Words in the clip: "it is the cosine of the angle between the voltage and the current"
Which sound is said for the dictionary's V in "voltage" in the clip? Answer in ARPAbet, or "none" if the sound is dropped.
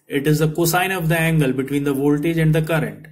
V